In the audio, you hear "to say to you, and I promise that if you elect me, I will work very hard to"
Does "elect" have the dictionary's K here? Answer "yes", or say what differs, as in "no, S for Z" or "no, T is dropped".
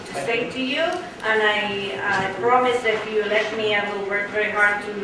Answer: no, K is dropped